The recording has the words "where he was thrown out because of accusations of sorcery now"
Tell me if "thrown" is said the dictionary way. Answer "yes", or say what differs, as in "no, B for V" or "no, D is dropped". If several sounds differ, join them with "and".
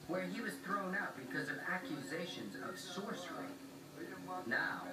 yes